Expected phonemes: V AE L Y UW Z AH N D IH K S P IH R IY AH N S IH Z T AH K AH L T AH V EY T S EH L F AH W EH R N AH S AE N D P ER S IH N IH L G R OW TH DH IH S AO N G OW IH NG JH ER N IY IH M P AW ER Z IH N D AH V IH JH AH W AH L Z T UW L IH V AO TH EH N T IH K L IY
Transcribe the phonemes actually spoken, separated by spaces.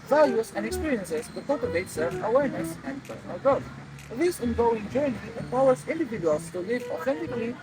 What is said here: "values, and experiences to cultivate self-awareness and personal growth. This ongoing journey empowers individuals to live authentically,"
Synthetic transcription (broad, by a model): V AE L Y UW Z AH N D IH K S P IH R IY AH N S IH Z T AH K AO T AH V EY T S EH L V AH W EH R N AH S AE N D P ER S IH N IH L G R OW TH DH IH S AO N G OW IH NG JH ER N IY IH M P AW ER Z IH N D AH V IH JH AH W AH L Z T UW L IH V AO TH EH N T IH K L IY